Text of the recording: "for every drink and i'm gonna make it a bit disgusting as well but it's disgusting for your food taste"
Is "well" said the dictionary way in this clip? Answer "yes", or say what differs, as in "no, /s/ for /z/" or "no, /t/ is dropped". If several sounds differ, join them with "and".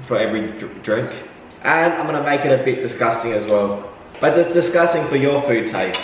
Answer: yes